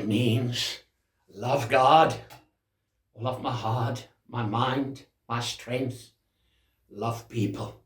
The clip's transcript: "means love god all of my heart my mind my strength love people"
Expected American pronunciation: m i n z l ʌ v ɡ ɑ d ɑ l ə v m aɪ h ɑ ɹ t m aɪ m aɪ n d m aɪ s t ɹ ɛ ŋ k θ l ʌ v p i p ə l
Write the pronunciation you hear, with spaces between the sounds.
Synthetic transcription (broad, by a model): m i n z l ʌ v ɡ ɑ d l ə v m aɪ h ɑ ɹ t m aɪ m aɪ n d m aɪ s t ɹ ɛ ŋ k θ l ʌ v p i p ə l